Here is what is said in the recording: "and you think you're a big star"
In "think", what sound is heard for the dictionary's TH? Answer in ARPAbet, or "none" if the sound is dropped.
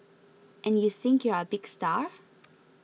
TH